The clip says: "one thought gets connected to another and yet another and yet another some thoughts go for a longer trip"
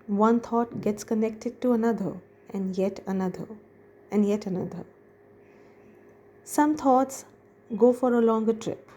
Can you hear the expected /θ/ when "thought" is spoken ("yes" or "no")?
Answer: no